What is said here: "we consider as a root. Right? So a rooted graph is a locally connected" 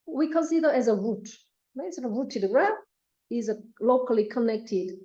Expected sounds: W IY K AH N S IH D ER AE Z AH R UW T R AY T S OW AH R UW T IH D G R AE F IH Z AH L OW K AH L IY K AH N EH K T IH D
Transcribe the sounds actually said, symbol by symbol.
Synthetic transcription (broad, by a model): W IY K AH N S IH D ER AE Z AH R UW T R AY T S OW AH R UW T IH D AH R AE IH Z AH L OW K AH L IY K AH N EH K T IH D